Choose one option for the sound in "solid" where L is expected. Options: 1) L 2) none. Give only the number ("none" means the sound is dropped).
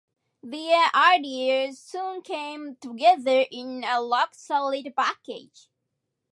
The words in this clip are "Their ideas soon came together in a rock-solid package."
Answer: 1